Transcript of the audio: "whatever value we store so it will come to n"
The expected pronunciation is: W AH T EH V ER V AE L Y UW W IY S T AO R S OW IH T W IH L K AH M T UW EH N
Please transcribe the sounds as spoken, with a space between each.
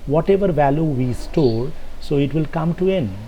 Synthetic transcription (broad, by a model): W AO T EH V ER V AE L Y UW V IY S T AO L S OW IH T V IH L K AH M T UW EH N